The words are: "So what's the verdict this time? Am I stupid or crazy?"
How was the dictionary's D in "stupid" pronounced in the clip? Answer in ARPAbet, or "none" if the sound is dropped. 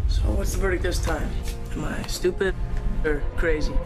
none